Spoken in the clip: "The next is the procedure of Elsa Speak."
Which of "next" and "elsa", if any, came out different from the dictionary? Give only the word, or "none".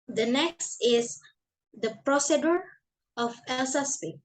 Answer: none